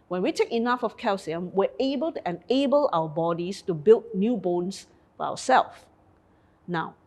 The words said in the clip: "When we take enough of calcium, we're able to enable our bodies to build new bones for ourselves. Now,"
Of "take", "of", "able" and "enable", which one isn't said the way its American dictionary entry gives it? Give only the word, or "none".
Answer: of